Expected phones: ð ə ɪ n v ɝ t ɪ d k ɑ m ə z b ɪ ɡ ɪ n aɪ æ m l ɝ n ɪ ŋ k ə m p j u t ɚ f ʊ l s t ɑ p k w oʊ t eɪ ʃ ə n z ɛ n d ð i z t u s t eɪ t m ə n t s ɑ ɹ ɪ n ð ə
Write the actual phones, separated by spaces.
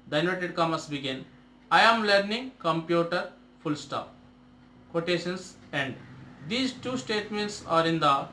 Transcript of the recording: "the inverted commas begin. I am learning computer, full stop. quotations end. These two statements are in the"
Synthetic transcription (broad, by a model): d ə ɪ n ɔ t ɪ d k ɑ m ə s b ɪ ɡ ɪ n aɪ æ m l ɝ n ɪ ŋ k ə m p j u t ɚ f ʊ l s t ɑ p k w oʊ t eɪ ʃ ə n s ɛ n d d i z t u s t eɪ t m ə n t s ɑ ɹ ɪ n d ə